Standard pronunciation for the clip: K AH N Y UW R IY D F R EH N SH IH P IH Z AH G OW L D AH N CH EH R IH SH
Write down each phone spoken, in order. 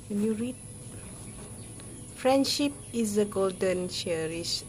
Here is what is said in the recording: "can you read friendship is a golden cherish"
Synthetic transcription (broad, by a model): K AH N Y UW R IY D F R EH N SH IH P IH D AH G OW L D AH N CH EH R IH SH